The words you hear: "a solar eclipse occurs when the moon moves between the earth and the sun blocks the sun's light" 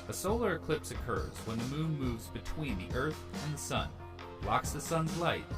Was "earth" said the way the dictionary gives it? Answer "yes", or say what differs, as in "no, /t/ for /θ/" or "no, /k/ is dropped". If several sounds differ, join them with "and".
yes